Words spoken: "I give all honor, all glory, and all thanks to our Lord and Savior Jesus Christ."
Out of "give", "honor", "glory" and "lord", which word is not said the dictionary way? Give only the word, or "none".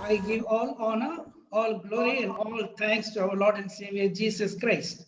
none